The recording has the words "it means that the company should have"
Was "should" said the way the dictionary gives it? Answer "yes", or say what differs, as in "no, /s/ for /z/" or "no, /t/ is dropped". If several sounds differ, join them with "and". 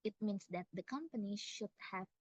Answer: yes